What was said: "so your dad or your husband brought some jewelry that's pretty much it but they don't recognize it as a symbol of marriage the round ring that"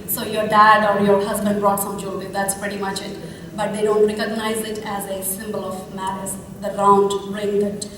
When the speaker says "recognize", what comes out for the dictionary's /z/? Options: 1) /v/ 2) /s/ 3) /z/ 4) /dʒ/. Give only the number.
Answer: 3